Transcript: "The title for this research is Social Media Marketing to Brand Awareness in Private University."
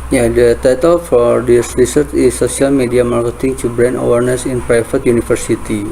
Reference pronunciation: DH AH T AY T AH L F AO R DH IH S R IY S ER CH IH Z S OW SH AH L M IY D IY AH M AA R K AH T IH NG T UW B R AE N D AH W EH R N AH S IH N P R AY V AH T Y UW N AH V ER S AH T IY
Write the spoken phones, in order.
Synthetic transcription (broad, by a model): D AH T AY T AH L F AO R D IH S R IY S ER CH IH S OW S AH L M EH D IY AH M AA R K AH T IH NG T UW B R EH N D AH W EH R N AH S IH N P R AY F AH T Y UW N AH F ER S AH T IY